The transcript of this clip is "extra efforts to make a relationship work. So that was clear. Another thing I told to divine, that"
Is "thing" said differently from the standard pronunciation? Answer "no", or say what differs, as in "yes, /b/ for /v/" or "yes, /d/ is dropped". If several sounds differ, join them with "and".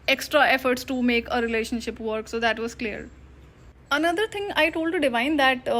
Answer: yes, /t/ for /θ/